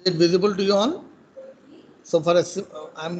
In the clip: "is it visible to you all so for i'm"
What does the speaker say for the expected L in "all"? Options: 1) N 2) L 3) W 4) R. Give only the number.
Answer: 1